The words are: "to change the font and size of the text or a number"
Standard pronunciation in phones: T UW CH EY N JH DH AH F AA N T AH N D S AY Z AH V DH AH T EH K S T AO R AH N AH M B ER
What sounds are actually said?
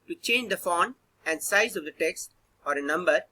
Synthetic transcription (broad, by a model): T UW CH EY N JH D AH F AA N AH N D S AY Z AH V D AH T EH K S T AO R AH N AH M B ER